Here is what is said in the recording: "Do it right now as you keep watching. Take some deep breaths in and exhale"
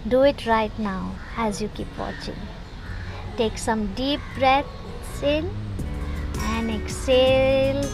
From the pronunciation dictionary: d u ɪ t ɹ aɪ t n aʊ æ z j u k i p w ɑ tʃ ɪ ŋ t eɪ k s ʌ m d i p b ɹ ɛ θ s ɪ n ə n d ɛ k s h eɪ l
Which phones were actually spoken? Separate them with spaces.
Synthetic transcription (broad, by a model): d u ɪ t ɹ aɪ t n aʊ æ z j u k i p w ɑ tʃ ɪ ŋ t eɪ k s ʌ m d i p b ɹ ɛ t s ɪ n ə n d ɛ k s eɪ l